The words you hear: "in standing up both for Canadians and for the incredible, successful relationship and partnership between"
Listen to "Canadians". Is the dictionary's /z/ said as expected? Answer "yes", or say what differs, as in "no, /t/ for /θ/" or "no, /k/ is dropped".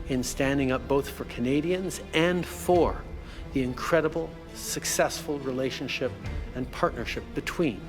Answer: yes